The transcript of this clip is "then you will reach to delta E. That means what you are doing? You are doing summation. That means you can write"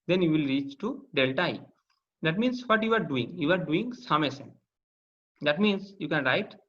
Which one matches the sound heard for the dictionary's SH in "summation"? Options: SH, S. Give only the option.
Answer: S